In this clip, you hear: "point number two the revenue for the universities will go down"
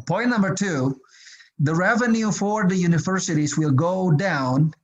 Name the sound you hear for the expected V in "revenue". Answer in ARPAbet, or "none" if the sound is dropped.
V